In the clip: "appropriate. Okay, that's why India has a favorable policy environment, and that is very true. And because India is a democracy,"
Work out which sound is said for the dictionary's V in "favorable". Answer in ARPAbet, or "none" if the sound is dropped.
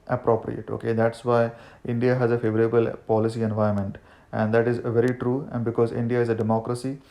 V